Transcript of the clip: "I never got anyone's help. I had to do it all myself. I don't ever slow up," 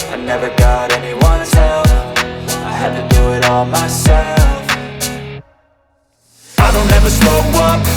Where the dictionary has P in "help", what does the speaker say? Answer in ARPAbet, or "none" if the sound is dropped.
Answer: F